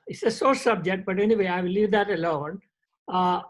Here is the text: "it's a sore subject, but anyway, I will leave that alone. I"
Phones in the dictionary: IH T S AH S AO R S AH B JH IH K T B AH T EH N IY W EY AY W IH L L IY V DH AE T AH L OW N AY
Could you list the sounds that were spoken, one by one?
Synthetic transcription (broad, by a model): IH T S AH S AO R S AH B JH IH K T B AH T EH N IY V EY AY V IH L L IY V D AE T AH L OW N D